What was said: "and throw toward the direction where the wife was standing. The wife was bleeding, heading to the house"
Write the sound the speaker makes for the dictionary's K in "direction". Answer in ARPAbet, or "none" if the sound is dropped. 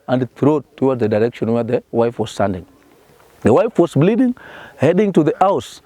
K